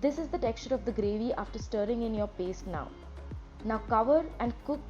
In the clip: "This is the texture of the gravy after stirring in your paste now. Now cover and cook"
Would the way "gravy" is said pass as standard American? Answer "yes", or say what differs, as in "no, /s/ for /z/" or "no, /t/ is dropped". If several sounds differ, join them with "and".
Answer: yes